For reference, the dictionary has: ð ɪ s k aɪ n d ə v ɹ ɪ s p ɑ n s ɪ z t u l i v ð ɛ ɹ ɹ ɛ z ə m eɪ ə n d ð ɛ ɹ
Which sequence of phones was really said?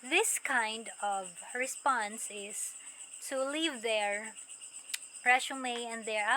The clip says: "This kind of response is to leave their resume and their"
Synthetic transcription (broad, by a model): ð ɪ s k aɪ n d ə v ɹ ɪ s p ɑ n s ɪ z t u l i v ð ɛ ɹ ɹ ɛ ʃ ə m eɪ ə n d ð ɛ ɹ